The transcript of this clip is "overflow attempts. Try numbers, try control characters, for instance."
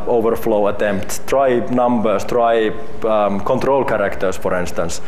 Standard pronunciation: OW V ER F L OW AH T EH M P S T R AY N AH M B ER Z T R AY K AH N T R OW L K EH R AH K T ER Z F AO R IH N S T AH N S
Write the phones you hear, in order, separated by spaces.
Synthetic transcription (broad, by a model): OW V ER F L OW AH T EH M P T T R AY N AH M B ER S T R AY K AH N T R OW L K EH R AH K T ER S F AO R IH N S T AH N S